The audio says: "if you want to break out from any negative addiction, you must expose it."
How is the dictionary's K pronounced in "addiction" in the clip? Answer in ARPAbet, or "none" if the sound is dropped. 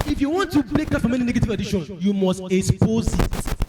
none